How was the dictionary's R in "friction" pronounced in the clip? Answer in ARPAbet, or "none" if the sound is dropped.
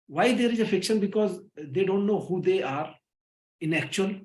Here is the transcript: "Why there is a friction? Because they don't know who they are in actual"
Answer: none